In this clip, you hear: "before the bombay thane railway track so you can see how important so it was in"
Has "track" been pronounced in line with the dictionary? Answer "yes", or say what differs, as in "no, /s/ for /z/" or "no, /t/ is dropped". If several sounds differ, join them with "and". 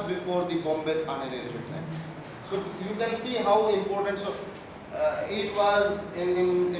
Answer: no, /ɹ/ is dropped